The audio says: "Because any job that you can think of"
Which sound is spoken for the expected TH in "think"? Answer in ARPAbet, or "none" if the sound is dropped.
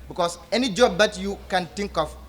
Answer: T